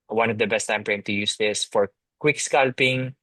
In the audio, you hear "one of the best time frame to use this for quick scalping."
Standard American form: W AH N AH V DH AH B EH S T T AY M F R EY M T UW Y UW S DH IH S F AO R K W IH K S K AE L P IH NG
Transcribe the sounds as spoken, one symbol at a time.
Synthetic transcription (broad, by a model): W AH N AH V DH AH B EH S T T AY M P R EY M T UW Y UW S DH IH S F AO R K W IH K S K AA L P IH NG